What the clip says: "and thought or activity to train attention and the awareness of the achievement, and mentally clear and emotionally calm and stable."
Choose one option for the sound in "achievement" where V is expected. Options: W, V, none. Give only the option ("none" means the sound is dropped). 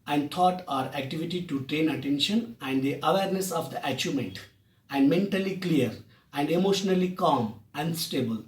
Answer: none